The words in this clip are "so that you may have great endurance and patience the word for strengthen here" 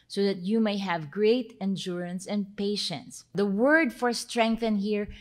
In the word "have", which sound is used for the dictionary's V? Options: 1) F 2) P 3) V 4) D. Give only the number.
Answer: 3